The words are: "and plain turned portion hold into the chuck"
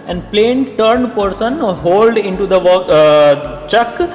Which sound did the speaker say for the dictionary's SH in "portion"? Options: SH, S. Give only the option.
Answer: S